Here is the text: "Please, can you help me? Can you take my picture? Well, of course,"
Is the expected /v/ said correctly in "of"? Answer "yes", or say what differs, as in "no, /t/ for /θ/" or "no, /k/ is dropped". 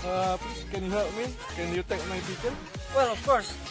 no, /f/ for /v/